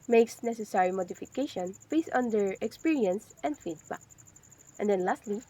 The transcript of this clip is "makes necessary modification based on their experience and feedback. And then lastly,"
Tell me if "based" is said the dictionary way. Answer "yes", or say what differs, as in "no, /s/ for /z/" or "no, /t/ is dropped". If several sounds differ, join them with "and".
no, /t/ is dropped